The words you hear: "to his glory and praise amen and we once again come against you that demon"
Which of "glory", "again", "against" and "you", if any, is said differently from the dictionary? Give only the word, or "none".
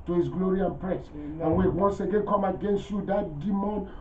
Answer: none